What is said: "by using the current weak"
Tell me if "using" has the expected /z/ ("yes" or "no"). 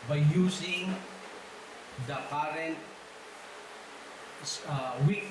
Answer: no